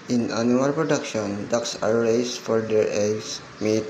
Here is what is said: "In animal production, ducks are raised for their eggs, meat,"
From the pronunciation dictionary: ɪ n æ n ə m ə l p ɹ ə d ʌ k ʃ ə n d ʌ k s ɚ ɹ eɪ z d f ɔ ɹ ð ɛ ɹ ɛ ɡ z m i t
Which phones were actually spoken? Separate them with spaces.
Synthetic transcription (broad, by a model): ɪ n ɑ n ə ə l p ɹ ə d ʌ k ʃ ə n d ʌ k s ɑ ɹ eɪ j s f ɔ ɹ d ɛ ɹ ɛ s m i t